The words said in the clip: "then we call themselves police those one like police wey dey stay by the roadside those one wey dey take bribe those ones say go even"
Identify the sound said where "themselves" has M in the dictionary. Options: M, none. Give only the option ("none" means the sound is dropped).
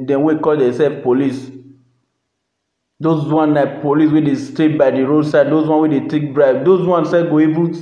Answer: none